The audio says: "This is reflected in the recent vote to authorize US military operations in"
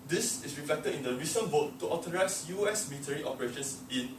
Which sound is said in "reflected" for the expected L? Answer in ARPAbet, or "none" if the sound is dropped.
L